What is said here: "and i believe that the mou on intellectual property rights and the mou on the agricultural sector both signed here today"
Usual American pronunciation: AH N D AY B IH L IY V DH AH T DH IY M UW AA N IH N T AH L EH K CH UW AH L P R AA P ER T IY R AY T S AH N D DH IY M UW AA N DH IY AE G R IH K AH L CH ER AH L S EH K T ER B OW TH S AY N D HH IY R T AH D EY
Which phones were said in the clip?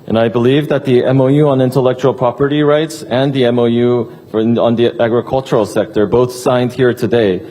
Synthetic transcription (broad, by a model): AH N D AY B IH L IY V DH AH T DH IY M UW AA N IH N T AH L EH K CH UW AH L P R AA P ER T IY R AY T S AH N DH IY M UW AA N DH IY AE G R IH K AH L CH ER L S EH K T ER B OW TH S AY N D HH IY R T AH D EY